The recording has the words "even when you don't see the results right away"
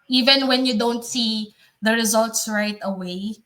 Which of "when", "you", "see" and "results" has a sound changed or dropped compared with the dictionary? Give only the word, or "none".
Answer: none